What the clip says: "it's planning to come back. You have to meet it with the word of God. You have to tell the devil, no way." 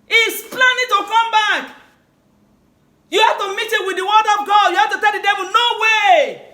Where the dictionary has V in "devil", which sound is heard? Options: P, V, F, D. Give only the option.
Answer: V